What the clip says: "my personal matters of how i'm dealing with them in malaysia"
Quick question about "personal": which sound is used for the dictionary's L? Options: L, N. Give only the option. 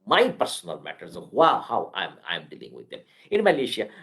L